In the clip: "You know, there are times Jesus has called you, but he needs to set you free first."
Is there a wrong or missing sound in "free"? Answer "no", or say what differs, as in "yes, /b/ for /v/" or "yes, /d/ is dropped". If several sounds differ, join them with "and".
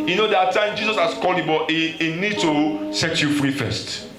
no